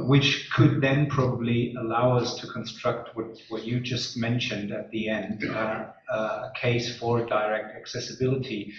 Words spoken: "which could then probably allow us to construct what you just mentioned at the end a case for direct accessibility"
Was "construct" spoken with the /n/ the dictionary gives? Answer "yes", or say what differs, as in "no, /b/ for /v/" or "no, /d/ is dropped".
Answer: yes